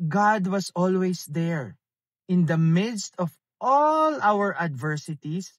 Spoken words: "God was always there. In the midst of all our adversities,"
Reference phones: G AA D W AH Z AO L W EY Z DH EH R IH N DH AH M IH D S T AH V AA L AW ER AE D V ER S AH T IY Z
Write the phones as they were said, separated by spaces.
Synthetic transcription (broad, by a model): G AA D W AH S AO L W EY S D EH R IH N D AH M IH D S T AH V AA L AW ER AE D V ER S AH T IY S